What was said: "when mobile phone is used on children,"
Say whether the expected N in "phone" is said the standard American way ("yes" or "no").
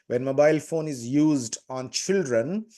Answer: yes